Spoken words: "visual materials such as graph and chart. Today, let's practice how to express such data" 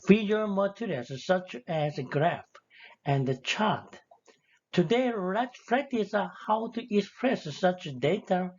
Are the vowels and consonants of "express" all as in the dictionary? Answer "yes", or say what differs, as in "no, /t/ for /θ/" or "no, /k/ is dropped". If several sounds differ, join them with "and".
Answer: yes